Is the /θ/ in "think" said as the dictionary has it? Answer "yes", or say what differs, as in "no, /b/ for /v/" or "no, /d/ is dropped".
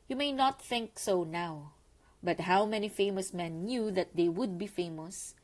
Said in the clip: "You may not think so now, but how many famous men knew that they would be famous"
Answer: yes